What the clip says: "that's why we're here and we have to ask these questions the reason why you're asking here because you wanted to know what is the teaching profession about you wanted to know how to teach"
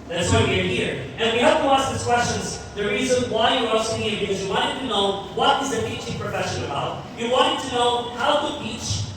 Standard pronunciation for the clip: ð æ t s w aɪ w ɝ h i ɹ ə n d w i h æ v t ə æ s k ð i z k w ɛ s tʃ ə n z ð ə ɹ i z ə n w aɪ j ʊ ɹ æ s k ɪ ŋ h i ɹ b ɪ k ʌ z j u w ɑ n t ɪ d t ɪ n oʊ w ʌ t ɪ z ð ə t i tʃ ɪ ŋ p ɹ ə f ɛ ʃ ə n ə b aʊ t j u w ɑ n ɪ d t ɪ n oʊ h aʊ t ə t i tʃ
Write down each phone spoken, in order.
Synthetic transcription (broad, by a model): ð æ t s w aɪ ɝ h i ɹ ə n w i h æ p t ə æ s k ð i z k w ɛ s tʃ ə n z ð ə ɹ i z ə n w aɪ j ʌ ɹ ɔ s ɪ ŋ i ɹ b ɪ k ʌ z j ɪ w ɑ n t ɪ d t ɪ n oʊ w ʌ t ɪ z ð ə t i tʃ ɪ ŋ p ɹ ə f ɛ ʃ ə n ə b aʊ t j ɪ w ɑ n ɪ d t ɪ n oʊ h aʊ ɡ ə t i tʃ